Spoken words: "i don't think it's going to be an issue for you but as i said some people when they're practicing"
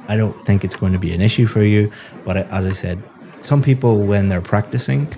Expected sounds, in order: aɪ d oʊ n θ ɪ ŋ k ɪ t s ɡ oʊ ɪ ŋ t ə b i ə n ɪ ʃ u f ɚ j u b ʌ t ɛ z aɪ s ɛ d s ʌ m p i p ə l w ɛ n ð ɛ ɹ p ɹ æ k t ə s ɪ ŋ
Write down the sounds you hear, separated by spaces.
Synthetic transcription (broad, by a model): aɪ d oʊ n θ ɪ ŋ k ɪ t s ɡ oʊ ɪ ŋ t ə b i ə n ɪ ʃ u f ɚ j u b ʌ t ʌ z aɪ s ɛ d s ʌ m p i p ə l w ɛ n ð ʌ ɹ p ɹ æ k t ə s ɪ ŋ